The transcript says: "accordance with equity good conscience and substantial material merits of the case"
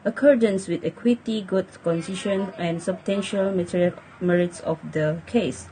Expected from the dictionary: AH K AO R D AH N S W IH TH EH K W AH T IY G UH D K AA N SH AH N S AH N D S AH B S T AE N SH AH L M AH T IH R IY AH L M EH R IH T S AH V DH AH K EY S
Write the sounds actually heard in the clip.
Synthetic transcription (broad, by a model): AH K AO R D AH N S W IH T EH K W AH T IY G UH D K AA N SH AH N AH N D S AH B S T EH N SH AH L M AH T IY R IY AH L M EH R IH T S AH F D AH K EY S